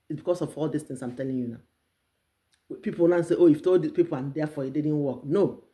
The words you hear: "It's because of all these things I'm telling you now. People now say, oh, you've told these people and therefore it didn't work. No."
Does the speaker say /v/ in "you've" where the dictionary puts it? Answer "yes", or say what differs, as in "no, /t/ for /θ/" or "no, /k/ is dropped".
no, /f/ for /v/